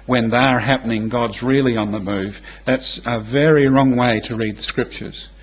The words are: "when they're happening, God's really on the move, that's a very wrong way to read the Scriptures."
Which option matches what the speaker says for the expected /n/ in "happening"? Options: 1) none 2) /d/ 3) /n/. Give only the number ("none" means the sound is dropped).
3